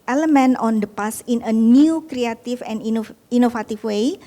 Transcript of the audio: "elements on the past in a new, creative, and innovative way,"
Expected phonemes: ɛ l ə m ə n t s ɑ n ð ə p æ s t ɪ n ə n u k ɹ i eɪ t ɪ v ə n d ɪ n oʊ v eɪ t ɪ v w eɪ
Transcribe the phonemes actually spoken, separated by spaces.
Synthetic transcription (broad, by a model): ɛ l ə m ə n ɑ n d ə p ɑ s ɪ n ə n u k ɹ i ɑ t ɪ f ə n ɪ n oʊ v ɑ t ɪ f w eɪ